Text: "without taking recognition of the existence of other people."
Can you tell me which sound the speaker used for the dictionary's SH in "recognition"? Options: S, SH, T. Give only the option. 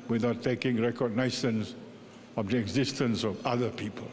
S